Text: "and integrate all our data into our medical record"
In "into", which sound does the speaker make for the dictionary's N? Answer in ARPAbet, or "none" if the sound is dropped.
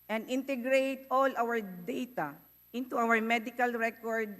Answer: N